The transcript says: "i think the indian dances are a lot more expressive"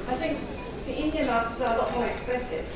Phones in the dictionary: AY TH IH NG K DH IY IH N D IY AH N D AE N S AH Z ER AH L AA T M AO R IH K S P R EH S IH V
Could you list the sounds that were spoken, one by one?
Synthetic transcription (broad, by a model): AY TH IH NG K DH IY IH N D IY AH N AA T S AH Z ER AH L AA T M AO R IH K S P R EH S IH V